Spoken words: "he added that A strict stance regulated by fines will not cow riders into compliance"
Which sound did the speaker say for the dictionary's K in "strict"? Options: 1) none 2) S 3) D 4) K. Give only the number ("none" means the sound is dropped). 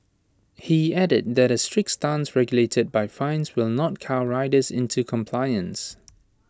4